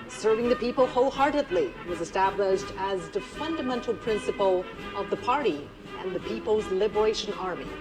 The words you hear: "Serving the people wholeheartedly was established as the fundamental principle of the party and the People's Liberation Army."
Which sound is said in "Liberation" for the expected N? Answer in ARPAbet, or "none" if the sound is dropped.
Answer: N